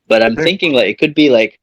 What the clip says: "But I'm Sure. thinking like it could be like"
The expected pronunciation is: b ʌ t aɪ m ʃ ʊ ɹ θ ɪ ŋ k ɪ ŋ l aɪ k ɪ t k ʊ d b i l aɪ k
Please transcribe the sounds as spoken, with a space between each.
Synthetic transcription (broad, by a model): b ʌ t aɪ m θ ɪ ŋ k ɪ ŋ l aɪ k ɪ t k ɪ d b i l aɪ k